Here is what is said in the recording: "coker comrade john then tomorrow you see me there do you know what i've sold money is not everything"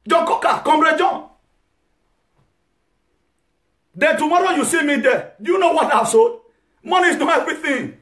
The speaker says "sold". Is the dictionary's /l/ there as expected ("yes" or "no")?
no